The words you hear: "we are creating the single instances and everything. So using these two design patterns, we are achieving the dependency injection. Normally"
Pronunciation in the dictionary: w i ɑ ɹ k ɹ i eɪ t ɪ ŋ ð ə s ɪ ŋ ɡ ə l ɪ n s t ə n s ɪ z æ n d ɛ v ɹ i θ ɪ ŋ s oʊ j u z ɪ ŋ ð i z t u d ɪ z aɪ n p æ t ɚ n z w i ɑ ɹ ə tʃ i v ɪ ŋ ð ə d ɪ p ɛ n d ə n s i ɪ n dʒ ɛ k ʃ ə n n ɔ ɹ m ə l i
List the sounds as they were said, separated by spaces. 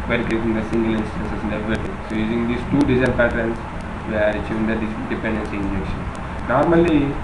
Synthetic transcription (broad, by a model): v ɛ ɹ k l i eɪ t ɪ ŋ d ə s ɪ ŋ ɡ ə l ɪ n s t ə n s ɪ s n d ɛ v i t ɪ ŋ s oʊ j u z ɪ ŋ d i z t u d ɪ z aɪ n p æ t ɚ n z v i ɑ ɹ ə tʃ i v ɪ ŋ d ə d ɪ p ɛ n d ə n s i ɪ n dʒ ɛ k ʃ ə n n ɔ ɹ m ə l i